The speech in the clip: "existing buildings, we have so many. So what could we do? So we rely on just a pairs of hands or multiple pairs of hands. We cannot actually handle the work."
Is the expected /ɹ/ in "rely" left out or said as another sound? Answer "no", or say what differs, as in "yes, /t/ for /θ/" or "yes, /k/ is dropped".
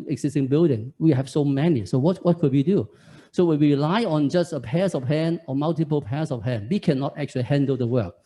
yes, /w/ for /ɹ/